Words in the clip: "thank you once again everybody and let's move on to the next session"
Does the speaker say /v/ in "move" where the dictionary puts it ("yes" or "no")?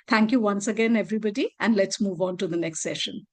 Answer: yes